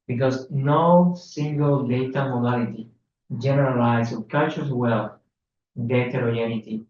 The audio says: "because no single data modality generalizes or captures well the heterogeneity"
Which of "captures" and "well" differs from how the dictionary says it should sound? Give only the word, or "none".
captures